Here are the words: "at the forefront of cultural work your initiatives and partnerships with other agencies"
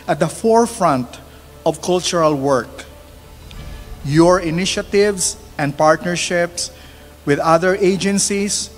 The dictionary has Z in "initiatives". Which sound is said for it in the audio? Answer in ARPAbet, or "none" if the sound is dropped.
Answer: S